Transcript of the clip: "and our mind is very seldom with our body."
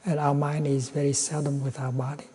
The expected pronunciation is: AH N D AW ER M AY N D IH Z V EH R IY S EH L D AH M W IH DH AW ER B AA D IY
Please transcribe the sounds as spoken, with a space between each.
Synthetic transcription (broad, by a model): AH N AW ER M AY N D IH Z V EH R IY S EH L D AH M W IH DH AW ER B AA D IY